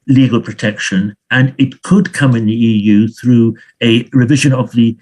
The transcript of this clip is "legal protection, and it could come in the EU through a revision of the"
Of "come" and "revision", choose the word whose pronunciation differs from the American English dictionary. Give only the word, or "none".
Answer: none